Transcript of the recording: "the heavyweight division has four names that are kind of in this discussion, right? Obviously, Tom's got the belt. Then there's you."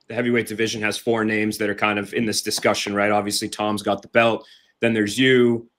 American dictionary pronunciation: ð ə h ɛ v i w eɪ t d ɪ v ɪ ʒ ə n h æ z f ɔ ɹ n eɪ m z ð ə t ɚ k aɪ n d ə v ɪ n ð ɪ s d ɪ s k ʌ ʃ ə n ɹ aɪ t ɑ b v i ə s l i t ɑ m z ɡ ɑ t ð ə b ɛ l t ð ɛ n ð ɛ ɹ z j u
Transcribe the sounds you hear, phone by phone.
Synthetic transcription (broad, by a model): ð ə h ɛ v i w eɪ t d ɪ v ɪ ʒ ə n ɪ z f ɔ ɹ n eɪ m z ð ə t ɚ k aɪ n d ə v ɪ n ð ɪ s d ɪ s k ʌ ʃ ə n ɹ aɪ t ɑ b v i ə s l i t ɑ m z ɡ ɑ t ð ə b ɛ l t ð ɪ n ð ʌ ɹ z j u